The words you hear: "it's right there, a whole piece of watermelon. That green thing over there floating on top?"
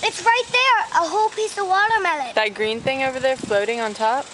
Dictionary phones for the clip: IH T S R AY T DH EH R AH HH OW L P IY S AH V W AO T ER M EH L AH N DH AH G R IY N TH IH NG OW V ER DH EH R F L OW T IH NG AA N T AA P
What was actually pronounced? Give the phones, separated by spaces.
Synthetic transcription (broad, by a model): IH T S R AY T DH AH R AH HH OW L P IY S AH V W AO T ER M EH L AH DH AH G R IY N TH IH NG OW V ER DH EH R F L OW T IH NG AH N T AA P